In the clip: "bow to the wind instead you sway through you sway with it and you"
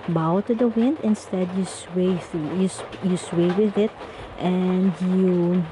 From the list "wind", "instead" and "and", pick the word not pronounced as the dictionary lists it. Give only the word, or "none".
none